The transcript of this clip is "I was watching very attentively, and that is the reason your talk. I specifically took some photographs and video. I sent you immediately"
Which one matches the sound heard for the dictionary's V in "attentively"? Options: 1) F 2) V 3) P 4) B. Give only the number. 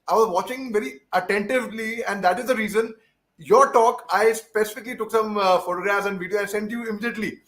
2